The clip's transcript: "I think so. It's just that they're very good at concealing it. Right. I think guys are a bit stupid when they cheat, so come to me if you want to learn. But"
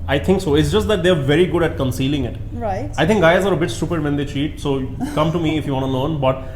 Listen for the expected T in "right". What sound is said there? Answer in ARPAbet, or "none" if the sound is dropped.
none